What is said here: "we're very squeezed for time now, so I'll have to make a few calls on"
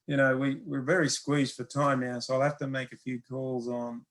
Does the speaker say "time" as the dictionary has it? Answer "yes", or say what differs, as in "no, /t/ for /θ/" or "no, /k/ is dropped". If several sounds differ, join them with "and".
yes